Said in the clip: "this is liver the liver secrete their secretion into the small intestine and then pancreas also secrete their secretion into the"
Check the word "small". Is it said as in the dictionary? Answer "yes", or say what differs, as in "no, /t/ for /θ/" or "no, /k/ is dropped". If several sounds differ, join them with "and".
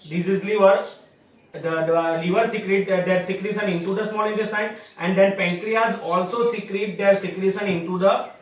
no, /n/ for /l/